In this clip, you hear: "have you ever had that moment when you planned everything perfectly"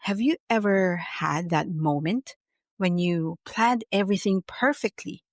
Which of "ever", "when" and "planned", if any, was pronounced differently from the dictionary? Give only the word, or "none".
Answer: none